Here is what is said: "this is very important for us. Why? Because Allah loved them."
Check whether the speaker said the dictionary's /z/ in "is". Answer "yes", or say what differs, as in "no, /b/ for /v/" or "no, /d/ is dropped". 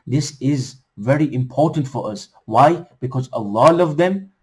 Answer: yes